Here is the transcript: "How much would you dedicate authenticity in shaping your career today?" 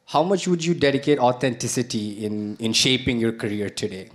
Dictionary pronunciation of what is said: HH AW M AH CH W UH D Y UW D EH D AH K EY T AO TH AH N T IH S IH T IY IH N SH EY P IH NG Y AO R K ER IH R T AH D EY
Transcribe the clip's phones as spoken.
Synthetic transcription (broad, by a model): HH AW M AH CH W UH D Y UW D EH D AH K EY T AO T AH N T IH S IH T IY IH N SH EY P IH NG Y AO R K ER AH R T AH D EY